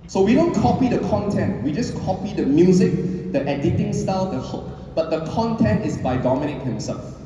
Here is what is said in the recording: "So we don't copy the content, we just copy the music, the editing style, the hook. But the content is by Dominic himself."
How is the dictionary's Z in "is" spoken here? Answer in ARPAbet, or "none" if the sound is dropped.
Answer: S